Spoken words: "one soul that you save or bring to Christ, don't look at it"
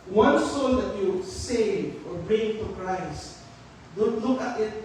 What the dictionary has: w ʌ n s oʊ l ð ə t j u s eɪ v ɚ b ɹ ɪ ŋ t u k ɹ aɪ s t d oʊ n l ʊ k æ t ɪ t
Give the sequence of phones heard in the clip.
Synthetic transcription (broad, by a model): w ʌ n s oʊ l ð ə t j u s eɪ ɚ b ɹ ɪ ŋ t u k ɹ aɪ s t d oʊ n l ʊ k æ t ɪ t